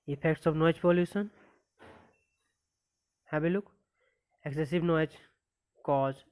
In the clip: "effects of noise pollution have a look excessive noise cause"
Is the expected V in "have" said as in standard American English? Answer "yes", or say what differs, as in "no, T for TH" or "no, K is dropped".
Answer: no, B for V